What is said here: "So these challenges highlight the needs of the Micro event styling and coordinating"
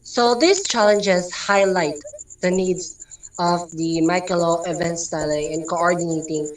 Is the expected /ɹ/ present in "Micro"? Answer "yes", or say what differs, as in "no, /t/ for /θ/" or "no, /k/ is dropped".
no, /l/ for /ɹ/